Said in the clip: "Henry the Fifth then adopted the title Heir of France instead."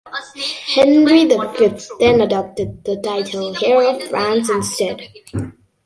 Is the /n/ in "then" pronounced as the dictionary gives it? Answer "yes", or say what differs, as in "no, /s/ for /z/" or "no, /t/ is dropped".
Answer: yes